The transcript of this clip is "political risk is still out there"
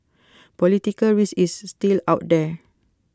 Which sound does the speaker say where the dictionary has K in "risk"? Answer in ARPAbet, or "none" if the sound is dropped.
none